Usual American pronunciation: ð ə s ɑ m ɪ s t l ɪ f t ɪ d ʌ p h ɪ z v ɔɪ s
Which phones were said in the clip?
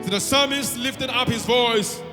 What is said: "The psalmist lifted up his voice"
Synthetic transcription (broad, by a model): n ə s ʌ m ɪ s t l ɪ f t ɪ d ʌ p h ɪ z v ɔɪ s